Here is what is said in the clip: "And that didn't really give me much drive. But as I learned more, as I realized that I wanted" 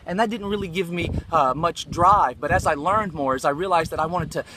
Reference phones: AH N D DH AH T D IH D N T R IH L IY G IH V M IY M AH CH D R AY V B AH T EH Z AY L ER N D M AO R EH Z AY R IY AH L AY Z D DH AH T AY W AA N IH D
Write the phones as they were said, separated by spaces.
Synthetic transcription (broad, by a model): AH N DH AH T D IH D N T R IH L IY G IH V M IY M AH CH D R AY V B AH T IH Z AY L ER N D M AO R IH Z AY R IY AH L AY Z DH AH T AY W AA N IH D